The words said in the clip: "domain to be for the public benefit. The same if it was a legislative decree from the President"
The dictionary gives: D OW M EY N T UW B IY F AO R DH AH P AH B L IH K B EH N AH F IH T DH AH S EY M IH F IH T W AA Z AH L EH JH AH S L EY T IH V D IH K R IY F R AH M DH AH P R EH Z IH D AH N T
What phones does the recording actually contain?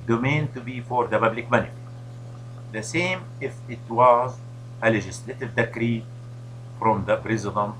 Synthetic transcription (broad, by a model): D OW M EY N T UW B IY F AO R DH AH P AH B L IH K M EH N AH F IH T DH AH S EY M IH F IH T W AA Z AH L EH JH AH S L EY T IH V D IH K R IY F R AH M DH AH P R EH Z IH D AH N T